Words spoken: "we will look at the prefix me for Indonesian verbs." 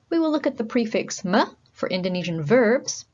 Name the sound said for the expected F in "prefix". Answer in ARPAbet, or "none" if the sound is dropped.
F